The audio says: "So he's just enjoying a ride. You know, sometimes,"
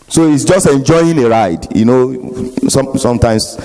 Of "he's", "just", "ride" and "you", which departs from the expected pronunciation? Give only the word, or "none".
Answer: he's